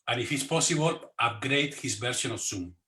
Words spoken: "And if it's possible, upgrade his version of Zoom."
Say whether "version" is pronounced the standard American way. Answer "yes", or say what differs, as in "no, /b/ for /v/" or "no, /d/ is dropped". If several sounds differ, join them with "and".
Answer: no, /s/ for /ʒ/